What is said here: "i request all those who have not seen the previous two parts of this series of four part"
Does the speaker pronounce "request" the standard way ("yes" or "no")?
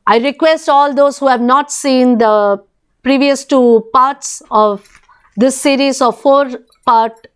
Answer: yes